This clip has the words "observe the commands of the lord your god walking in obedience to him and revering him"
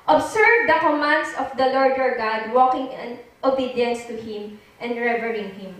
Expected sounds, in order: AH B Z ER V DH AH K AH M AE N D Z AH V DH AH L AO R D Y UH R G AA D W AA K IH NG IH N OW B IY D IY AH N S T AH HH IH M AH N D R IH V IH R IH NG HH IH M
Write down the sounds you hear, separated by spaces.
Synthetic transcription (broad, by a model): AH B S ER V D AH K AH M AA N D S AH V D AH L AO R D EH R G AA D W AA K IH NG IH N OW B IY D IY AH N S T AH HH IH M AH N D R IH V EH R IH NG HH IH M